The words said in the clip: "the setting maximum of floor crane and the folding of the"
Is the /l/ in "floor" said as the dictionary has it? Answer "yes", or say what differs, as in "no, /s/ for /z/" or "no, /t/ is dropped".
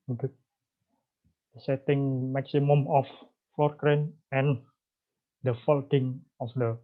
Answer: no, /l/ is dropped